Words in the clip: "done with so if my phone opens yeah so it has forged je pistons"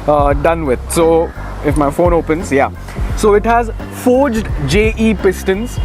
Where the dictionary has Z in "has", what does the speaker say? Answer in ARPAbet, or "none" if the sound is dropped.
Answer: Z